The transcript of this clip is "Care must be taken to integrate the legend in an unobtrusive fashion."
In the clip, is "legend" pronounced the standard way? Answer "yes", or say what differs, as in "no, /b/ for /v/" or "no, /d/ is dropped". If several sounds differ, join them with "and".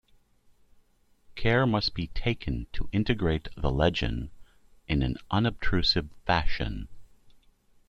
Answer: no, /d/ is dropped